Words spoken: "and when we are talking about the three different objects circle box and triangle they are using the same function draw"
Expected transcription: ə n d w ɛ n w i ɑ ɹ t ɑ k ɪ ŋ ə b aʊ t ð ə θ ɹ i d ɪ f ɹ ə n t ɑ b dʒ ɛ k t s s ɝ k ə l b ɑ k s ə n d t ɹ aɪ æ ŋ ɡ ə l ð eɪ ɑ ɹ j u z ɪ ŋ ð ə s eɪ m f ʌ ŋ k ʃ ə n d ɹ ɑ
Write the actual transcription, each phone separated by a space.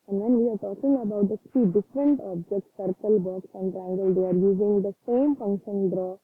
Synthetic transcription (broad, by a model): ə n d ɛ n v i ɑ ɹ t ɑ k ɪ ŋ ə b aʊ t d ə t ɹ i d ɪ f ɹ ə n t ɑ b dʒ ɛ k t s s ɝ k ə l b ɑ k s ə n d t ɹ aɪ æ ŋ ɡ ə l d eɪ ɑ ɹ j u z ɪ ŋ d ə s eɪ m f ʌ ŋ k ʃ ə n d ɹ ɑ